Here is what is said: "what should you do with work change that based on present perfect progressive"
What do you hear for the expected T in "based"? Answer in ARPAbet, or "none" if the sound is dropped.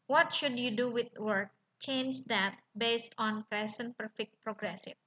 T